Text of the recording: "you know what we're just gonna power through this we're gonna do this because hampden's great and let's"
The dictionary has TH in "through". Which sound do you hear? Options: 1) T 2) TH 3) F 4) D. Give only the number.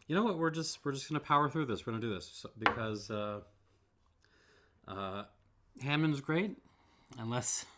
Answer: 2